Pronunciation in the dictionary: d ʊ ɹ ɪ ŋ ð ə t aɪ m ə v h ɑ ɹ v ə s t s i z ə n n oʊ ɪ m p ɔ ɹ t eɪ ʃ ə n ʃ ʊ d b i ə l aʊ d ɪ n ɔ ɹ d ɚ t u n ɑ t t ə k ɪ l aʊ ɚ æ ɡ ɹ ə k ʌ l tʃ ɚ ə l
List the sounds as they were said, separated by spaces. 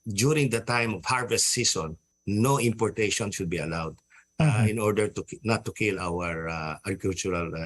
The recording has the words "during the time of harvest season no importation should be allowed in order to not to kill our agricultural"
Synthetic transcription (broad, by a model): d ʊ ɹ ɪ ŋ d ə t aɪ m ə v h ɑ ɹ v ə s t s i s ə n n oʊ ɪ m p ɔ ɹ t eɪ ʃ ə n ʃ ʊ d b i ə l aʊ d ɪ n ɔ ɹ d ɚ t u n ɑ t t ə k ɪ l aʊ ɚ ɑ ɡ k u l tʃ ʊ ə l